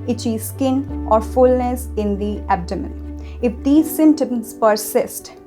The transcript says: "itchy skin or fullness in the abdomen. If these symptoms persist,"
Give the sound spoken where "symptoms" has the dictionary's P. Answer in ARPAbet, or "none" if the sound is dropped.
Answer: none